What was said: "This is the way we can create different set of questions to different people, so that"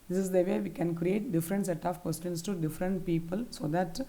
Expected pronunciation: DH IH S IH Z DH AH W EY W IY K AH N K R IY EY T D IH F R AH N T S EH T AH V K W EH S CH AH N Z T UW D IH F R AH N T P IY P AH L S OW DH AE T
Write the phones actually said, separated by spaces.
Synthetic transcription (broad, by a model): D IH S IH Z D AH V EY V IY K AH N K R IY EY T D IH F R AH N T S EH T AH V K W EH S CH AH N S T UW D IH F R AH N T P IY P AH L S OW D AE T